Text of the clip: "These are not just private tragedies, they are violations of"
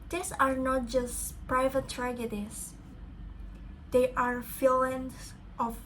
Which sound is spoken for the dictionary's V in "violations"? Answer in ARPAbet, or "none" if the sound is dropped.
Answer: F